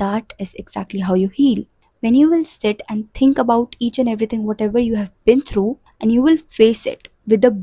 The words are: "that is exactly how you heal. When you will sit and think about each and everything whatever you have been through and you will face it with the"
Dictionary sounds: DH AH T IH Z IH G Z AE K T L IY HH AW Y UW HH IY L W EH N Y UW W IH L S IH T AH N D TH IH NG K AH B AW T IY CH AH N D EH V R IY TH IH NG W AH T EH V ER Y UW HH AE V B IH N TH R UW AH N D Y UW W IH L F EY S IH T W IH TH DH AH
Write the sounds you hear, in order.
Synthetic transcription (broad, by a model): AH T IH Z IH G Z AE K T L IY HH AW Y UW HH IY L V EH N Y UW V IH L S IH T AH N D T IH NG K AH B AW T IY CH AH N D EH V R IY T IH NG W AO T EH V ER Y UW HH AE V B IH N T R UW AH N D Y UW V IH L F EY S IH T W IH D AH